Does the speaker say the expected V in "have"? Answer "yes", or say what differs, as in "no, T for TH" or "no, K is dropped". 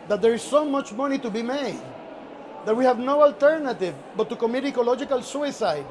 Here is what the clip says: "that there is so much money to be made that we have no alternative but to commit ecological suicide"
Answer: yes